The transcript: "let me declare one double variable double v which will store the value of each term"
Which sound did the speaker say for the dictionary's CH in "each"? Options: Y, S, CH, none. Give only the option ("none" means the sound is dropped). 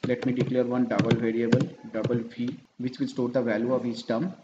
S